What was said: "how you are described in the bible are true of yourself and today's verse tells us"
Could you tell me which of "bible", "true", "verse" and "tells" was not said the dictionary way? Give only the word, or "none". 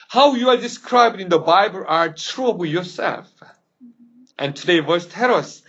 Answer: tells